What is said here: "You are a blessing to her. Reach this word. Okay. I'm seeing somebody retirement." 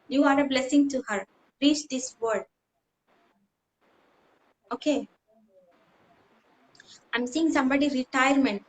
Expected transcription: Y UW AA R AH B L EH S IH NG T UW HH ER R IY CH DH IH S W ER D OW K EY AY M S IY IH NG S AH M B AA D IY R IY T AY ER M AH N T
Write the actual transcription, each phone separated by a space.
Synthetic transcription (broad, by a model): Y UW AA R AH B L EH S IH NG T UW HH ER R IY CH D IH S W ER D OW K EY AY M S IY IH NG S AH M B AA D IY R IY T AY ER M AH N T